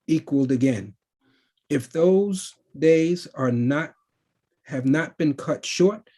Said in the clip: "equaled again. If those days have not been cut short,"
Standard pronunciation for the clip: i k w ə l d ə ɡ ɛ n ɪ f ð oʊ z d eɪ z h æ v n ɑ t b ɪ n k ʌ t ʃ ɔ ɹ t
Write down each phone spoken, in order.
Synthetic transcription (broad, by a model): i k w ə l d ə ɡ ɛ n ɪ f ð oʊ z d eɪ z h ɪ v n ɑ t b ɪ n k ʌ t ʃ ɔ ɹ t